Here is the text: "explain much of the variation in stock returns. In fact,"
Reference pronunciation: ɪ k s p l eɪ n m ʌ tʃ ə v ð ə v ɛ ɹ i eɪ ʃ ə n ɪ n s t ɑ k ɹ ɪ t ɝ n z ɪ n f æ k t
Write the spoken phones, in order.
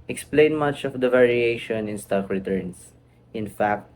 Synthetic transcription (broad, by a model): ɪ k s p l eɪ n m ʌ tʃ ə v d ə v ɛ ɹ i eɪ ʃ ə n ɪ n s t ɑ k ɹ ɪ t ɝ n s ɪ n f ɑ k t